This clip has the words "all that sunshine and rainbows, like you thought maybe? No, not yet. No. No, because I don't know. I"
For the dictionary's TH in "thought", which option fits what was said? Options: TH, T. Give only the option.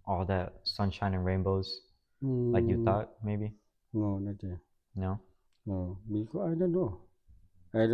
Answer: T